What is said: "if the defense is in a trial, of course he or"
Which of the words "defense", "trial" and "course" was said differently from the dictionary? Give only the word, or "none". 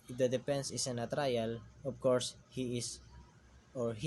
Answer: defense